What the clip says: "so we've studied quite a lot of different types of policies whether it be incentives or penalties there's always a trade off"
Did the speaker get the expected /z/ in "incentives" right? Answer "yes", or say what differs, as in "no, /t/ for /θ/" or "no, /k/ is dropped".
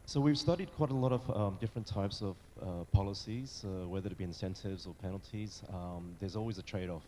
yes